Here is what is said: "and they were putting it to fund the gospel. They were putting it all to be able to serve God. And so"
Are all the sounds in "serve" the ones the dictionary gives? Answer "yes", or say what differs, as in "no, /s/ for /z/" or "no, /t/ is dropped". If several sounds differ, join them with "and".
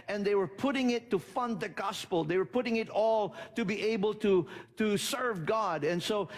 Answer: yes